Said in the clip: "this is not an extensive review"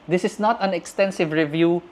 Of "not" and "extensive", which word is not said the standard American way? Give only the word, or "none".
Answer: none